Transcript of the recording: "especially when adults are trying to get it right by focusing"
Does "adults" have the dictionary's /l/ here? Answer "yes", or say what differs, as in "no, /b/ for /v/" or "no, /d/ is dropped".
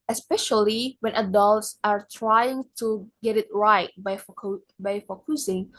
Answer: yes